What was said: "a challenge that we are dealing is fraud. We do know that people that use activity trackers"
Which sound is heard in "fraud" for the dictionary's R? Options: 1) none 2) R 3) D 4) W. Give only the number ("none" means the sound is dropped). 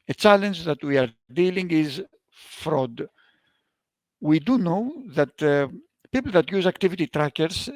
2